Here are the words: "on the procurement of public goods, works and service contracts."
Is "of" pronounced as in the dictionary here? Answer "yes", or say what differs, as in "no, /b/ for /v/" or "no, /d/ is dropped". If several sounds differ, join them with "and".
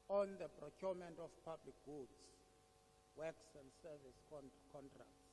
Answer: no, /f/ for /v/